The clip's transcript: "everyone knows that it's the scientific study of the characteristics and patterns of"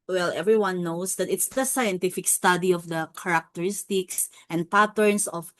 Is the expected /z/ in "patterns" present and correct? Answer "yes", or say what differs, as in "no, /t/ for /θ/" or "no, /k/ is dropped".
no, /s/ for /z/